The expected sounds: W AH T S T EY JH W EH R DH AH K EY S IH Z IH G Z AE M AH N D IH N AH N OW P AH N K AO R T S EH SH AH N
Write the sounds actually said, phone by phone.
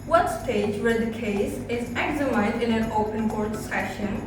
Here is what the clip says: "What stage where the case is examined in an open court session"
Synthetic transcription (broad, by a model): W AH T S T EY JH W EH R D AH K EY S IH Z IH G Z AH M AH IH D IH N AH N OW P AH N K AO R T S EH SH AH N